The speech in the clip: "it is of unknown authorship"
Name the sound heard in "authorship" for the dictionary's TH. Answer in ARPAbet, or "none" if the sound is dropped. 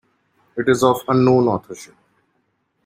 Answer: T